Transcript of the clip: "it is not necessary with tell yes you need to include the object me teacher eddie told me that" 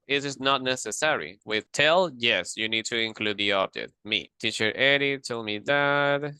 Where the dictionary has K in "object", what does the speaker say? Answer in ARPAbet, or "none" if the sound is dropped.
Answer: none